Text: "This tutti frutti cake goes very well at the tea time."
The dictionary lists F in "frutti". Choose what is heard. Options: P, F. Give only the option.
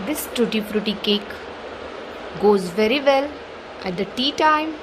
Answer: P